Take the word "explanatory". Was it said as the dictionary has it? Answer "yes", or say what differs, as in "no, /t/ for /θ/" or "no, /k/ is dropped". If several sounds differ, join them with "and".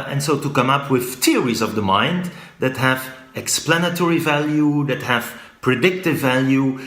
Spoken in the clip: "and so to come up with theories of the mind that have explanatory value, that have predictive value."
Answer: yes